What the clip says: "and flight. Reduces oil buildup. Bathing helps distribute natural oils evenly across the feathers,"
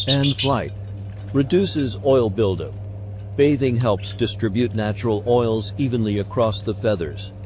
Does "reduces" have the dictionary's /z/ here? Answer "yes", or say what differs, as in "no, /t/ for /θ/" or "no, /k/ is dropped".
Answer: yes